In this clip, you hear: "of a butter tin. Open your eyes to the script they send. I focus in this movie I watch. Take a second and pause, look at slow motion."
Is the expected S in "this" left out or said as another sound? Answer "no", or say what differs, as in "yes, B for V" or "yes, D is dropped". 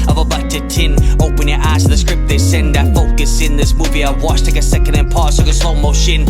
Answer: no